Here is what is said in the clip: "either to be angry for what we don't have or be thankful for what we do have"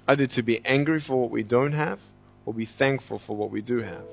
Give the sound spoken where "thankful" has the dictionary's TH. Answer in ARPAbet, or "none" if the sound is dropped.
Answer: TH